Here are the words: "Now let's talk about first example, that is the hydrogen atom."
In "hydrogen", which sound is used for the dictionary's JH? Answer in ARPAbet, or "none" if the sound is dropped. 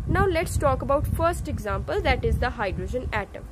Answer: JH